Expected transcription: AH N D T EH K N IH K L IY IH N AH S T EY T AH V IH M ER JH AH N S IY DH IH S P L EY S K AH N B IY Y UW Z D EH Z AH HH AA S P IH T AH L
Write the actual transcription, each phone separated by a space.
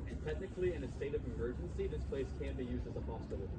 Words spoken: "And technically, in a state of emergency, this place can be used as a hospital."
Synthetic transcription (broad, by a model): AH N T EH K N IH K L IY IH N AH S T EY T AH V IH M ER JH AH N S IY DH IH S P L EY S K AH N B IY Y UW Z D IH Z AH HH AA S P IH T L